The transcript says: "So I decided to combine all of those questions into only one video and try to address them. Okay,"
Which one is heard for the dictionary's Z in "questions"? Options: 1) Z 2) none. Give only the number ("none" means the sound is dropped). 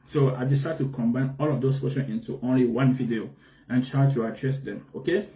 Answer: 2